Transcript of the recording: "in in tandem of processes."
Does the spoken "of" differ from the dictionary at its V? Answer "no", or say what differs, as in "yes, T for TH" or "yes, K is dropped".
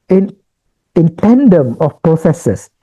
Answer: yes, F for V